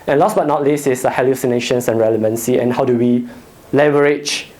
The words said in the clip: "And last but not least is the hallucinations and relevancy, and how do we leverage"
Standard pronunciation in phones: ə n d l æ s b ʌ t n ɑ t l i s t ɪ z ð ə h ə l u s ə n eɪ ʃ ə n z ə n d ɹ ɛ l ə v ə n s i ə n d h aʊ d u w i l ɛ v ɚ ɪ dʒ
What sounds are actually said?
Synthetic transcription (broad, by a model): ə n l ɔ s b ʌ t n ɑ t l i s ɪ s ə h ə l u s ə n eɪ ʃ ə n s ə n ɹ ɛ l ə v ə n s i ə n h aʊ d u w i l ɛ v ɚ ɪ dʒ